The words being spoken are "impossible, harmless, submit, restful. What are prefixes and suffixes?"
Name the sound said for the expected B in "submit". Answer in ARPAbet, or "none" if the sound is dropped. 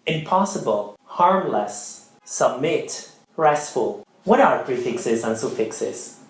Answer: B